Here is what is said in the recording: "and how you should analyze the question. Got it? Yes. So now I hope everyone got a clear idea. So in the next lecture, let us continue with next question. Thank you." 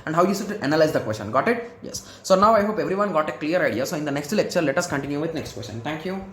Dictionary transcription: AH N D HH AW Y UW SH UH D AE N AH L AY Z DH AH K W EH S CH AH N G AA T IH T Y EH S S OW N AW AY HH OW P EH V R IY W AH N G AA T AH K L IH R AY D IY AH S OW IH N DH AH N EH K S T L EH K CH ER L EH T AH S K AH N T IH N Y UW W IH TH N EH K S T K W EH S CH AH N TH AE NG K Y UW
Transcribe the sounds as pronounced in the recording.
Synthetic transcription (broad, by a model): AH N D HH AW Y UW S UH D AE N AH L AY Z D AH K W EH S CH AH N G AA T IH T Y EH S S OW N AW AY HH OW P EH V R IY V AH N G AA T AH K L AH R AY D IY AH S OW IH N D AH N EH K S T L EH K CH ER L EH T AH S K AH N T IH N Y UW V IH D N EH K S T K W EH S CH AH N T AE NG K Y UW